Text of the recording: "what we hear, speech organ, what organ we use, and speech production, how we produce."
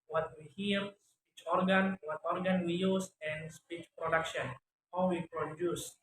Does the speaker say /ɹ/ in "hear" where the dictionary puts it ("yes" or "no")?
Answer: no